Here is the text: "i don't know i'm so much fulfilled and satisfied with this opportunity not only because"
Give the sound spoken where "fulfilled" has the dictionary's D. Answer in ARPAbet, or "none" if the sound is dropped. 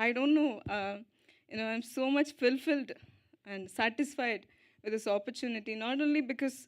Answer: D